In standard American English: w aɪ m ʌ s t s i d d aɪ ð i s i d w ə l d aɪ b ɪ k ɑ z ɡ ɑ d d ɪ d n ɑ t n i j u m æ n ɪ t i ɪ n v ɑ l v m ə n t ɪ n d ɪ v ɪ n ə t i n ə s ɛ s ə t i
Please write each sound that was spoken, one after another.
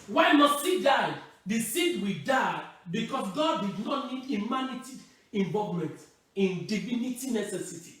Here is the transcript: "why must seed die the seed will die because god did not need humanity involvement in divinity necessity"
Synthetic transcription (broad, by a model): w aɪ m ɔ s t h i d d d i s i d w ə d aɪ b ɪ k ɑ s ɡ ɑ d d ɪ d n ɑ t n i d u m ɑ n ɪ t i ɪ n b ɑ v m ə n t ɪ n d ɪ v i n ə t i n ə s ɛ s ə t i